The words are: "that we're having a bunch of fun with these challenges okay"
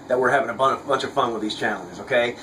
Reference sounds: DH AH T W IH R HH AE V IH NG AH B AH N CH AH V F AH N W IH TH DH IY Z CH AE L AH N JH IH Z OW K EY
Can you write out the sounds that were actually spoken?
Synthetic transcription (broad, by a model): DH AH T W IH R HH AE V IH NG AH B AH N CH AH V F AH N W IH DH IY Z CH AE L AH N JH IH Z OW K EY